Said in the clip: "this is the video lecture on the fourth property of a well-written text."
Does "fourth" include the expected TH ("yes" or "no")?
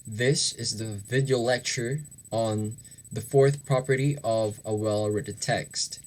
yes